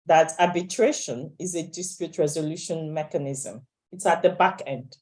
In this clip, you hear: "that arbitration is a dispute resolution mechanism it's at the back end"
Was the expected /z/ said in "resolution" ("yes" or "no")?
yes